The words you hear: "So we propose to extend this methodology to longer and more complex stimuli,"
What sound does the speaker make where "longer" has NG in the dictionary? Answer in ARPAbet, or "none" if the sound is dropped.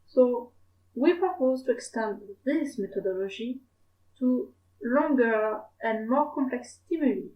NG